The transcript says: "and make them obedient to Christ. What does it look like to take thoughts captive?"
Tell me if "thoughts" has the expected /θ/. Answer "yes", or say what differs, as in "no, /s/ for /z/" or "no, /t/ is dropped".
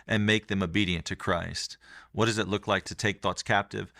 yes